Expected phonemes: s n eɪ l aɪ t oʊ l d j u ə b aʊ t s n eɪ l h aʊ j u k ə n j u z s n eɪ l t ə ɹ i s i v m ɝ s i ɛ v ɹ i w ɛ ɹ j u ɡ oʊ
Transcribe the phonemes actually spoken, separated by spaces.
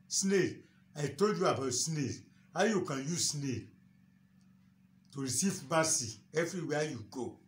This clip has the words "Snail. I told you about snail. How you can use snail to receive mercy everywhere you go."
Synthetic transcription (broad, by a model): s n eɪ aɪ t oʊ l d j u ə b aʊ t s n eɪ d h aʊ j u k ə n j u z s n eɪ t ə ɹ i s i v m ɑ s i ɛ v ɹ i w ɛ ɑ j u ɡ oʊ